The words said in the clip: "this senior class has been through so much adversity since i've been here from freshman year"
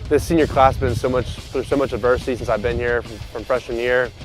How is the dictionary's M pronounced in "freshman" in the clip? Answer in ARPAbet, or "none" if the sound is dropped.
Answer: none